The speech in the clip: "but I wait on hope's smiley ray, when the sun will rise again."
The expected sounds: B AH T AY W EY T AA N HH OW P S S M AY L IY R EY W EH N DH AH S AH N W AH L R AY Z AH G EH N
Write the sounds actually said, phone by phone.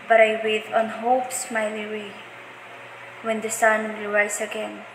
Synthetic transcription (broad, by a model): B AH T AY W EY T AA N HH OW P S S M AY L IY W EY W EH N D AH S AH N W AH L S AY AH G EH N